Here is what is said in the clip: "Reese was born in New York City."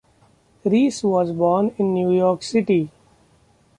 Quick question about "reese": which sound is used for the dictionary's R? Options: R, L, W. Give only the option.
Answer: R